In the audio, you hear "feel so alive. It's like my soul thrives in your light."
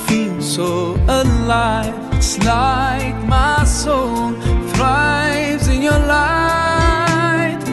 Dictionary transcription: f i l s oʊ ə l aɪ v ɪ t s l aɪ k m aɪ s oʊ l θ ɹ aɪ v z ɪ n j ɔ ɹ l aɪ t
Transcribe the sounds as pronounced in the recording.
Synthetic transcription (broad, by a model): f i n s oʊ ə l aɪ ɪ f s l aɪ k m aɪ s oʊ n θ ɹ aɪ v z ɪ n j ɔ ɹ l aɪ